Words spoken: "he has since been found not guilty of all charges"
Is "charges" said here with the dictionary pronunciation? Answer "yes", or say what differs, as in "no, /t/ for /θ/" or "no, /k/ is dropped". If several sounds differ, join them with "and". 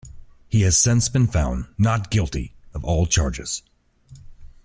yes